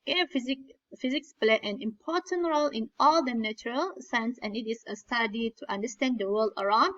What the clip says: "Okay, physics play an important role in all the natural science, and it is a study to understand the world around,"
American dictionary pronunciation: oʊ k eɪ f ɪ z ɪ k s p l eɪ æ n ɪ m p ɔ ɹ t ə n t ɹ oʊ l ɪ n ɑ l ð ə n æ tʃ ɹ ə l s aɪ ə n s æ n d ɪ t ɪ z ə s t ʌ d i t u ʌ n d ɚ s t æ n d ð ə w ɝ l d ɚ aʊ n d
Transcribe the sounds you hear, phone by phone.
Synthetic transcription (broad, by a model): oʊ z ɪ f ɪ z ɪ k s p l eɪ æ n ɪ m p ɔ ɹ t ə n t ɹ oʊ l ɪ n ɑ l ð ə n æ tʃ ɹ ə l s aɪ ə n s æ n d ɪ t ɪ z ə s t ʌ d i t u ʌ n d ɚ s t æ n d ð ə w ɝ l d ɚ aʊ n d